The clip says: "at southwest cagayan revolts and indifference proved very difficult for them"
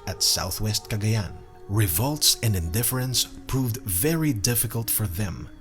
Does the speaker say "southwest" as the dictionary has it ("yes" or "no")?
yes